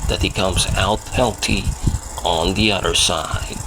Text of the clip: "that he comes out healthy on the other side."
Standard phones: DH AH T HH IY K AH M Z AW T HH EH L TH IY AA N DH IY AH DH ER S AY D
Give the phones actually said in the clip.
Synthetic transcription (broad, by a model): DH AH T HH IY K AH M Z AW T HH EH L T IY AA N DH IY AH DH ER S AY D